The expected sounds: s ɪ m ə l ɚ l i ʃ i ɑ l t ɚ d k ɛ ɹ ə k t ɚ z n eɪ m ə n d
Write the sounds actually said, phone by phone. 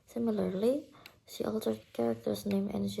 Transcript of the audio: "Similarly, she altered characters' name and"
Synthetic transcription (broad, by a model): s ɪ m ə l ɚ l i ʃ i ɑ l t ɚ d k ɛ ɹ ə k t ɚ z n eɪ m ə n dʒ